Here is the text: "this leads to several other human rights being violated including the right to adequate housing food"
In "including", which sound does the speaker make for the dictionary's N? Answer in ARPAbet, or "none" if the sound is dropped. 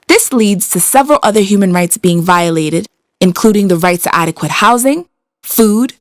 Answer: N